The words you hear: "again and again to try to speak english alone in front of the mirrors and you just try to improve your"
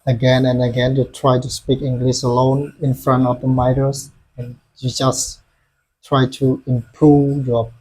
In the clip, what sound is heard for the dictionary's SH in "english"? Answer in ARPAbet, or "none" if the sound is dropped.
S